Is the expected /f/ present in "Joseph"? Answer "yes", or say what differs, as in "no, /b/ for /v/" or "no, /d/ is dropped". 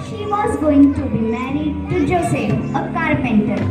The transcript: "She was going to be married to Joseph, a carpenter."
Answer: no, /f/ is dropped